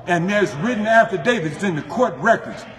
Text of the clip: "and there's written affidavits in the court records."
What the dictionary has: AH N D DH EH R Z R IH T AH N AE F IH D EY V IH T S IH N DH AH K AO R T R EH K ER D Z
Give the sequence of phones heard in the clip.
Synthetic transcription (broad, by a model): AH N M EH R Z R IH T N AE F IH D EY V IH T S IH N DH AH K AO R T R EH K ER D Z